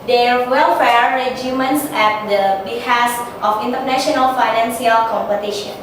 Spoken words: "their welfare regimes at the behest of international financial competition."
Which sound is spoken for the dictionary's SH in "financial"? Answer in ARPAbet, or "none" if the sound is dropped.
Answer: S